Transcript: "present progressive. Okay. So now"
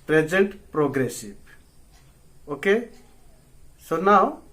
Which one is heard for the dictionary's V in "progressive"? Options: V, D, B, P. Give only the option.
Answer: B